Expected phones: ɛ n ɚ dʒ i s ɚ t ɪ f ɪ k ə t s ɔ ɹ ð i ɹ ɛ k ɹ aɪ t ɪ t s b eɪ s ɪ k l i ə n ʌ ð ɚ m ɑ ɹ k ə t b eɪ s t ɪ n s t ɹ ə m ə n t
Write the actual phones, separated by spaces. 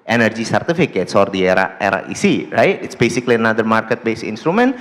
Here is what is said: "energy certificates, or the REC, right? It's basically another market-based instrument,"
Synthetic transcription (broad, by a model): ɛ n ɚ dʒ i s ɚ t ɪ f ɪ k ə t s ɔ ɹ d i ɹ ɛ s ɹ aɪ t ɪ t s b eɪ s ɪ k l i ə n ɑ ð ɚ m ɑ ɹ k ə t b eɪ s ɪ n s t ɹ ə m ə n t